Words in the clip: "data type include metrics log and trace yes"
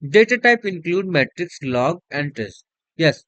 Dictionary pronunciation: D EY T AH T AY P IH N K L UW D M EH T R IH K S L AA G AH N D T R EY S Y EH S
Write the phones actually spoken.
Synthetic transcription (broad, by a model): D EY T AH T AY P IH N K L UW D M EH T R IH K S L AA G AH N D T EY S Y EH S